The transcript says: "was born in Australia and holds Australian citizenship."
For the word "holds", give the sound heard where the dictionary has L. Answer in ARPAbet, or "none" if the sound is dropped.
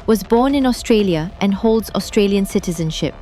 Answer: L